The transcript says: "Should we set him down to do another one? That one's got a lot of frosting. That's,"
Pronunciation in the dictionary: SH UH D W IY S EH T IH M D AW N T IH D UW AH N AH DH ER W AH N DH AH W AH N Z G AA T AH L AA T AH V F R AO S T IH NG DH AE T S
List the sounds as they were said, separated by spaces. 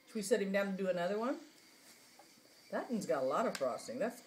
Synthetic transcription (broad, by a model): W IY S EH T IH M D AW N T IH D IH AH N AH DH ER W AH N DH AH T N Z G AA T AH L AA T AH V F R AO S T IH NG DH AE T S